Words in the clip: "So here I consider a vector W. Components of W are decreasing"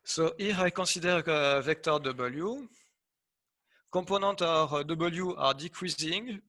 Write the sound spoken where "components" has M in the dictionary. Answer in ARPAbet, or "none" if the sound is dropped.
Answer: none